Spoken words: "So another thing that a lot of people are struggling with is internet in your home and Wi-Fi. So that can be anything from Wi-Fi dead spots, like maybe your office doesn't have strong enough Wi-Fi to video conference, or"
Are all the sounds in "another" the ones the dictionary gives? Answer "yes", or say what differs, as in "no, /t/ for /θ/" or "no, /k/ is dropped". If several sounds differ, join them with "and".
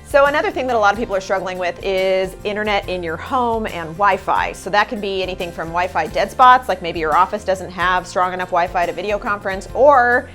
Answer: yes